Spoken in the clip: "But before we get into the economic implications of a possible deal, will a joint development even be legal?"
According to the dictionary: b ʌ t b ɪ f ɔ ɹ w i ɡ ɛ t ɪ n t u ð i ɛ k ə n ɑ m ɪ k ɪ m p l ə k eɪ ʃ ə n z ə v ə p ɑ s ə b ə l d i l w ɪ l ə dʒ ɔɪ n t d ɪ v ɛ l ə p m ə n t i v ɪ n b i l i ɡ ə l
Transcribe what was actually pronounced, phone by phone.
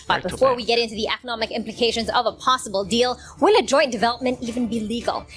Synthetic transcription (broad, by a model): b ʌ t b ɪ f ɔ ɹ w i ɡ ɛ t ɪ n t u ð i ɛ k ə n ɑ m ɪ k ɪ m p l ə k eɪ ʃ ə n z ə v ə p ɑ s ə b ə l d i l w ɪ l ə dʒ ɔɪ n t d ɪ v ɛ l ə p m ə n t i v ɪ n b i l i ɡ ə l